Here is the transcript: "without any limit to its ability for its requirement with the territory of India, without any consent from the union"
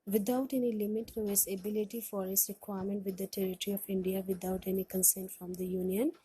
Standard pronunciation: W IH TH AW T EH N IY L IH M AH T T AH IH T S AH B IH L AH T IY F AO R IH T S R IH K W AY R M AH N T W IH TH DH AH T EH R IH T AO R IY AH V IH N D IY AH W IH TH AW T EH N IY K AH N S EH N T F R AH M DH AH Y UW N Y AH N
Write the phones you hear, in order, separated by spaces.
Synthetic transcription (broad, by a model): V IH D AW T EH N IY L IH M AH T T AH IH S AH B IH L AH T IY F AO R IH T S R IH K W AY R M AH N T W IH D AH T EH R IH T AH R IY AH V IH N D IY AH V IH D AW T EH N IY K AH N S EH N T F R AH M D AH Y UW N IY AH N